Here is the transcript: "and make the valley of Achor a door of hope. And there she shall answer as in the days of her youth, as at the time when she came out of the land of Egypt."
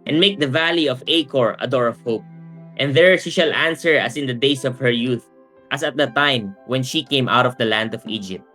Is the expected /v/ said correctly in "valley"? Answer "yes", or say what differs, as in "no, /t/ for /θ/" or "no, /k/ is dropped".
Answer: yes